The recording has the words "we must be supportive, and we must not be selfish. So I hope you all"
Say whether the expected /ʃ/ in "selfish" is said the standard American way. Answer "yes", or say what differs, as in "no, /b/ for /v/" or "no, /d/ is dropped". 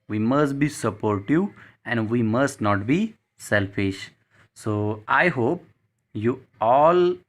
yes